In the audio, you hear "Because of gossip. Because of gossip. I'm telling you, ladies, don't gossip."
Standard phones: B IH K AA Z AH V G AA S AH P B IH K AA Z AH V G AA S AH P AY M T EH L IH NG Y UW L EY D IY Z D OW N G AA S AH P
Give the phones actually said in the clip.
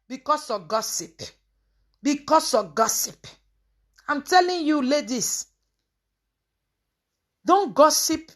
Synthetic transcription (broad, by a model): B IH K AA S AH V G AA S AH P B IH K AA S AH G AA S AH P AY M T EH L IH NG Y UW L EY D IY S D OW N G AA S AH P